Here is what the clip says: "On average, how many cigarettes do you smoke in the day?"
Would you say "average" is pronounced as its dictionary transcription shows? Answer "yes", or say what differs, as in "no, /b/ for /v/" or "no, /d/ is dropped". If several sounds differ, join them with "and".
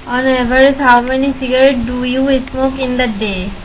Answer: no, /z/ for /dʒ/